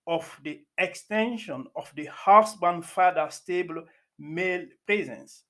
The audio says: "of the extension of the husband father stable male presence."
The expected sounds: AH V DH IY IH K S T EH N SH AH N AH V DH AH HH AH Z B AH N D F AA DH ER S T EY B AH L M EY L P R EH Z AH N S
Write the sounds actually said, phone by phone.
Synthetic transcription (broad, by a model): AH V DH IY IH K S T EH N SH AH N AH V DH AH HH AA S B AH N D F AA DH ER S T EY B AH L M EY L P R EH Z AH N S